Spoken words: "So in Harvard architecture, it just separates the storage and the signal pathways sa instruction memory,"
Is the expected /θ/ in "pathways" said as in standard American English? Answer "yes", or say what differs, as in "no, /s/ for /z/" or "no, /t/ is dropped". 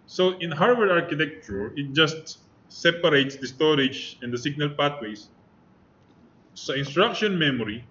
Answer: no, /t/ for /θ/